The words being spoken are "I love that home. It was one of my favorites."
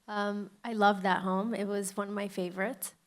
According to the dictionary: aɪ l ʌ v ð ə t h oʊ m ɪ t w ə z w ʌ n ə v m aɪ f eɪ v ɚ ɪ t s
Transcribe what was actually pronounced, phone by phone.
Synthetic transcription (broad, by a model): aɪ l ʌ v ð ə t h oʊ m ɪ t w ə z w ʌ n ə v m aɪ f eɪ v ɚ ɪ t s